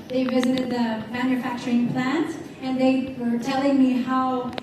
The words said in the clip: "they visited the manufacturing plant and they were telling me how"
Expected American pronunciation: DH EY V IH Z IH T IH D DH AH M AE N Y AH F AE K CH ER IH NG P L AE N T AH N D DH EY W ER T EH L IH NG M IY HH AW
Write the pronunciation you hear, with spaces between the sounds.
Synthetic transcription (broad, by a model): DH EY V IH Z IH T IH D DH AH M AE N Y AH F AE K CH ER IH NG P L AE N T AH N DH EY W ER T EH L IH NG M IY HH AW